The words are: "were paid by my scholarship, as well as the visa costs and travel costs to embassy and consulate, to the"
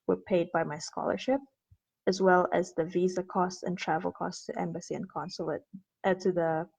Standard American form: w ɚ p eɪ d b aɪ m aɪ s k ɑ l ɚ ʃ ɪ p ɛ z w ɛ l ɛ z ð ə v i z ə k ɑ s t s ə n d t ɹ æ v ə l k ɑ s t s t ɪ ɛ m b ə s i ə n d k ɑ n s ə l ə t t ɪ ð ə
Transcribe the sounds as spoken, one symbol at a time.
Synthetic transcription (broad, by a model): w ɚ p eɪ d b aɪ m aɪ s k ɑ l ɚ ʃ ɪ p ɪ z w ɛ l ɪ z ð ə v i z ə k ɑ s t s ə n t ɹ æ v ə l k ɑ s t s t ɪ ɛ m b ə s i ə n k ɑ n s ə l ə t t ɪ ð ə